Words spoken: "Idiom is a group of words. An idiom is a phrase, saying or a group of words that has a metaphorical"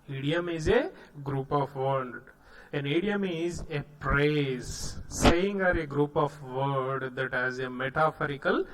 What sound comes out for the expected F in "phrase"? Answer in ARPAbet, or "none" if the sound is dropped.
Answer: P